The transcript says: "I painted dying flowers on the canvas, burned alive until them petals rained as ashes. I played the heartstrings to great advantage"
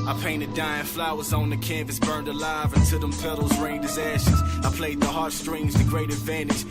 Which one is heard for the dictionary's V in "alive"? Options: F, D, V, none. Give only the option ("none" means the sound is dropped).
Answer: V